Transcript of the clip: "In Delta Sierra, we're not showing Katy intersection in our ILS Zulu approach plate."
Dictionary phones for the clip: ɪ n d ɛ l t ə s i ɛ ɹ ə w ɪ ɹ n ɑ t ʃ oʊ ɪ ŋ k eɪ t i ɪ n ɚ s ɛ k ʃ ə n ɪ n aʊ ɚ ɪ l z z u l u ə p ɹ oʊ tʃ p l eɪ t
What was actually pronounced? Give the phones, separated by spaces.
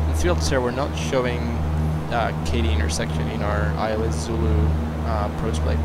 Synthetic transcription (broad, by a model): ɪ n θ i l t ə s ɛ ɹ w ɪ ɹ n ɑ t ʃ oʊ ɪ ŋ k eɪ t i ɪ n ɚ s ɛ k ʃ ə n ɪ n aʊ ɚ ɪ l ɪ z u l u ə p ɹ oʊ s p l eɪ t